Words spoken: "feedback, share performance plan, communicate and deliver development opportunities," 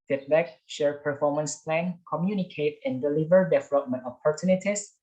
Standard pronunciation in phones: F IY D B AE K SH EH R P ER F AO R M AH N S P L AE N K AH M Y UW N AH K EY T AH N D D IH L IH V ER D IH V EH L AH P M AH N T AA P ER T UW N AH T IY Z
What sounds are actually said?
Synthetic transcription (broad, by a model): F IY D B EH K SH EH R P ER F AO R M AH N S P L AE N K AH M Y UW N AH K EY T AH N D D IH L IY V ER D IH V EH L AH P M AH N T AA P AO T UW N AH T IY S